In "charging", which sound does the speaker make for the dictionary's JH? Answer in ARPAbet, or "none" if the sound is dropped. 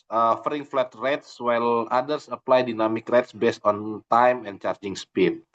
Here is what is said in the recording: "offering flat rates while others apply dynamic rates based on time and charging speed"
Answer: JH